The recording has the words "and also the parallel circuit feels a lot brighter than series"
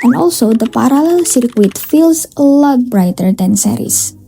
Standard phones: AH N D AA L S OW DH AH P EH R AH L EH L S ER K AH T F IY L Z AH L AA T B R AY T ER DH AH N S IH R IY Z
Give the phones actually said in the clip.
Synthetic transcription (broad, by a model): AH N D AA L S OW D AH P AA R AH L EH L S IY K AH T F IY L S AH L AA T B R AY T ER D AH N S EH R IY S